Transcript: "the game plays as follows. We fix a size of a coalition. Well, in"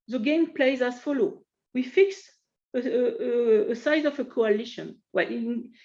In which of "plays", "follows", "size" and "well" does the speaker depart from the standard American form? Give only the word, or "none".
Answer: follows